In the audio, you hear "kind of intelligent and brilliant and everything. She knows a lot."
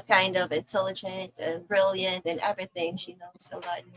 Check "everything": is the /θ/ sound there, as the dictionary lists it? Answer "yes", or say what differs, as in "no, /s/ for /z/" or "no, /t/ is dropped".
yes